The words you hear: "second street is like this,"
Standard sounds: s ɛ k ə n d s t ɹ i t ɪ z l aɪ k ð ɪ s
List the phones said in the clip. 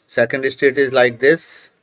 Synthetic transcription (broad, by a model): s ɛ k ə n d s t ɛ t ɪ z l aɪ k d ɪ s